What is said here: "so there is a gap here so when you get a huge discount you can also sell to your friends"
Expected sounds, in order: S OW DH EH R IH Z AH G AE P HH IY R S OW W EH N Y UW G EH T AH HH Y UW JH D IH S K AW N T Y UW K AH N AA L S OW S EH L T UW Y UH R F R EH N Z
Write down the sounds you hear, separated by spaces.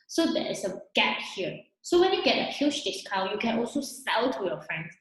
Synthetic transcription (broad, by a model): S OW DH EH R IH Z AH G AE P HH IY R S OW W EH N Y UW G EH T AH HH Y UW SH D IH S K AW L Y UW K AH N AA L S OW S EH L T UW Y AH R F R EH N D